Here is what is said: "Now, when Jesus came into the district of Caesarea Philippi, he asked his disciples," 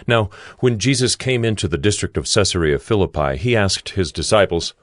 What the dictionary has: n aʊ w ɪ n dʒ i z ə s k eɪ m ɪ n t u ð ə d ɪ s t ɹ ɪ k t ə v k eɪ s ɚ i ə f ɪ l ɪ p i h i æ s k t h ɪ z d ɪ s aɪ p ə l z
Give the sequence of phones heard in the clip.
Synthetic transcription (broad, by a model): n aʊ w ɪ n dʒ i z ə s k eɪ m ɪ n t u ð ə d ɪ s t ɹ ɪ k t ə v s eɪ s ɚ i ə f ɪ l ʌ p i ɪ i æ s k t h ɪ z d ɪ s aɪ p l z